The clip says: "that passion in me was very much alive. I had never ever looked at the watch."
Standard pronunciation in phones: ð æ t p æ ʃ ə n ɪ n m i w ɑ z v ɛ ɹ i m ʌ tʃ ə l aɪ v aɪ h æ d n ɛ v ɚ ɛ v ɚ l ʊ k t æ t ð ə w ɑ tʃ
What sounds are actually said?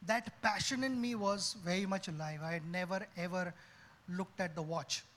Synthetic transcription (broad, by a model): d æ t p æ ʃ ə n ɪ n m i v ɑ z v ɛ ɹ i m ʌ tʃ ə l aɪ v aɪ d n ɛ v ɚ ɛ v ɚ l ʊ k t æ t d ə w ɑ tʃ